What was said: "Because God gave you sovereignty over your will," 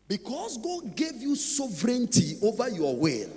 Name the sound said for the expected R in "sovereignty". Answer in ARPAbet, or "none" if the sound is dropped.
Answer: R